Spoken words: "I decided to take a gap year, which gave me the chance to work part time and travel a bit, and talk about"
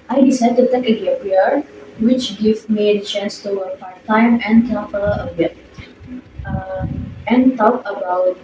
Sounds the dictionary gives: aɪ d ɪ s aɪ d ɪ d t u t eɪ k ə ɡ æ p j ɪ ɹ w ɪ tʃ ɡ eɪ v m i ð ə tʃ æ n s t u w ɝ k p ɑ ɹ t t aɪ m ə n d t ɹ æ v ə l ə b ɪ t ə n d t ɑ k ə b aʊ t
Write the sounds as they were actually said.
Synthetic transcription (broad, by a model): aɪ d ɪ s aɪ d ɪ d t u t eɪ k ə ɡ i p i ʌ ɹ w ɪ tʃ ɡ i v m i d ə tʃ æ n s t u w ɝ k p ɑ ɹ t t aɪ m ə n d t ɔ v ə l ə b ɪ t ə n t ɑ k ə b aʊ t